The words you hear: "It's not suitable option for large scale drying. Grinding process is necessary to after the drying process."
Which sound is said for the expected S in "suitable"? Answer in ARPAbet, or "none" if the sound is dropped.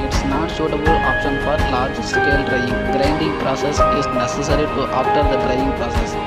SH